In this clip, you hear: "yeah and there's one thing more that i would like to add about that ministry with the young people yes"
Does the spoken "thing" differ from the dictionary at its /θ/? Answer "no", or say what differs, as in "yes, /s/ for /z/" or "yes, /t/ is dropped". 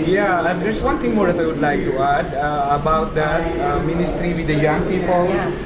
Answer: yes, /t/ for /θ/